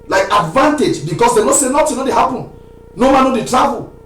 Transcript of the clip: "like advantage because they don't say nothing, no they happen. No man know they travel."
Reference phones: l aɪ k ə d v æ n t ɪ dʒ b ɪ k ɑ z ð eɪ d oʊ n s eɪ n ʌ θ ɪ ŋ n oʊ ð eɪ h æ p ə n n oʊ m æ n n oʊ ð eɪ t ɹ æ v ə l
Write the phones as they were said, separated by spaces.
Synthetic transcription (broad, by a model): l aɪ k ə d v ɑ n t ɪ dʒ b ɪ k ɑ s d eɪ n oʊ s eɪ n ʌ t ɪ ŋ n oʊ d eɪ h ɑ p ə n n oʊ m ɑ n n oʊ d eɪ t ɹ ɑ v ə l